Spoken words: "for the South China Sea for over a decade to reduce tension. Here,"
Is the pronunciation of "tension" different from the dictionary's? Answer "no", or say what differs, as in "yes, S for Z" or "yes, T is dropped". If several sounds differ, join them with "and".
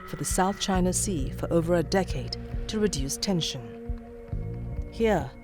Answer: no